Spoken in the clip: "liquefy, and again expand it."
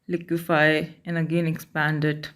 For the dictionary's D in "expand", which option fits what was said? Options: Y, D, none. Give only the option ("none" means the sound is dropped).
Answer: D